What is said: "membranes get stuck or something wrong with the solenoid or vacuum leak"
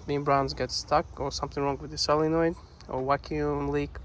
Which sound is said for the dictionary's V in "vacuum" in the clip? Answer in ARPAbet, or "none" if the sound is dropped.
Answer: W